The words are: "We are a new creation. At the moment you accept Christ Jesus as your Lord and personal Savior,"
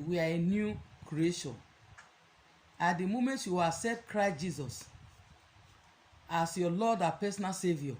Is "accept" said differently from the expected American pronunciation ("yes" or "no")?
yes